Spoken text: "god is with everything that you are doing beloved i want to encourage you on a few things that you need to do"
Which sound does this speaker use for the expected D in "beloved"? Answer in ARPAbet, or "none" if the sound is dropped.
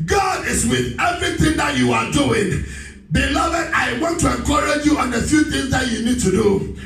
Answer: D